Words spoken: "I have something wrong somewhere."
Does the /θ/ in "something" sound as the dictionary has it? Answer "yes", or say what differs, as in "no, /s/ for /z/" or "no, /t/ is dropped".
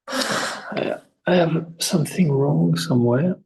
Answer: yes